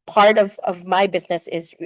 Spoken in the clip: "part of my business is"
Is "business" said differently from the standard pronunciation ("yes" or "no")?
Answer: no